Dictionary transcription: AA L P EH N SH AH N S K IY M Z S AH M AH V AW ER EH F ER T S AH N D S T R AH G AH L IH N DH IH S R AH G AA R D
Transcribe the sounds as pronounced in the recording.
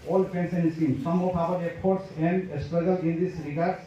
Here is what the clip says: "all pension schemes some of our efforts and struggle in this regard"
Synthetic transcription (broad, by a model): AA L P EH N S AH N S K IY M S AH M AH P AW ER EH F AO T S AH N D S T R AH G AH L IH N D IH S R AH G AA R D